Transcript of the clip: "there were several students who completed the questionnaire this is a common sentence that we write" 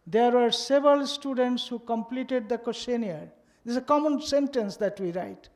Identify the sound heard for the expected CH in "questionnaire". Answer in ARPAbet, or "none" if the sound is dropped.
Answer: none